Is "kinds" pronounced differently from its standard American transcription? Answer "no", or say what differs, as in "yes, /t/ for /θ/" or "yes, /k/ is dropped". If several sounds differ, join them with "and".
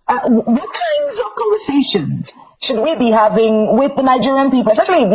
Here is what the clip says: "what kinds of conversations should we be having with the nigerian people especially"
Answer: no